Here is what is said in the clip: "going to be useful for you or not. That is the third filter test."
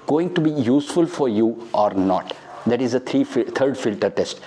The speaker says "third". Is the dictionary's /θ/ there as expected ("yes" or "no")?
no